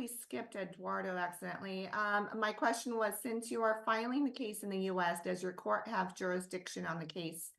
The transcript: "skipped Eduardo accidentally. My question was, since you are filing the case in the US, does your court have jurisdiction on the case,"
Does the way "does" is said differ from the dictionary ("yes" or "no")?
no